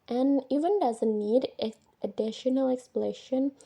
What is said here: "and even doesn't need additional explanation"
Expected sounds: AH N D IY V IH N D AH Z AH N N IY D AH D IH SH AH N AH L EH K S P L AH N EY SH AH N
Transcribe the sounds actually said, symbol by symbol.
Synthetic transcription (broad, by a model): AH N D IY V IH N D AH Z AH N N IY D AH D IH SH AH N AH L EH K S P L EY SH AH N